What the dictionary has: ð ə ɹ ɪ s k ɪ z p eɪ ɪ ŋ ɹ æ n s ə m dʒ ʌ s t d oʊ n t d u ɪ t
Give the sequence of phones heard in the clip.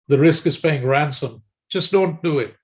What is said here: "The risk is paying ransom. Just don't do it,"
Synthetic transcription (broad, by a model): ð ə ɹ ɪ s k ɪ z p eɪ ɪ ŋ ɹ æ n s ə m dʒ ʌ s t d oʊ n t d u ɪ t